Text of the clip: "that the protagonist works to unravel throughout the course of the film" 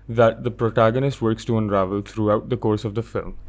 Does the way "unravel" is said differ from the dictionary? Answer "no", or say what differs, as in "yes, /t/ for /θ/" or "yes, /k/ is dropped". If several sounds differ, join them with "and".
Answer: no